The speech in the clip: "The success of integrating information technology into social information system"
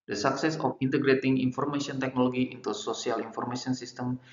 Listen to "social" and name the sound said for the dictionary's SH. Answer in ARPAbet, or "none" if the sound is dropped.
S